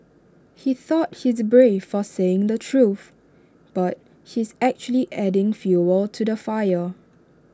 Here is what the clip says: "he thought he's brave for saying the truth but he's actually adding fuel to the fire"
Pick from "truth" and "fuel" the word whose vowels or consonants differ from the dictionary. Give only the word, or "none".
none